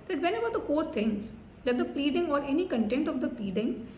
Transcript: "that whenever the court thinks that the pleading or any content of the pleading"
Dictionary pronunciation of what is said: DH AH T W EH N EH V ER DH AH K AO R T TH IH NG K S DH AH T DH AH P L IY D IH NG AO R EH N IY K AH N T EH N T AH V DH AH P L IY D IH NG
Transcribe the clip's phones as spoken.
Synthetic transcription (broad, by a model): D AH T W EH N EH B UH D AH K AO R T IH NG S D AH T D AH P L IY D IH NG AO R EH N IY K AH N T EH N T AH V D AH P L IY D IH NG